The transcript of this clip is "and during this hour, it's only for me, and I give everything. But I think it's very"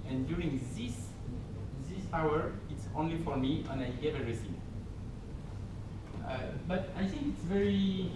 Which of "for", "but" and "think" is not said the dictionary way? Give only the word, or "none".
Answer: none